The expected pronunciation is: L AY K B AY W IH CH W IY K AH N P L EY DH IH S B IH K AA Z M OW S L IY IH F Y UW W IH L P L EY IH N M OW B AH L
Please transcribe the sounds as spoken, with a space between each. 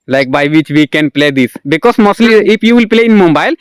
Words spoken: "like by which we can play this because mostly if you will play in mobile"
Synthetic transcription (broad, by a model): L AY K B AY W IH CH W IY K AH N P L EY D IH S B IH K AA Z M OW S L IY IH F Y UW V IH L P L EY IH N M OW B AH L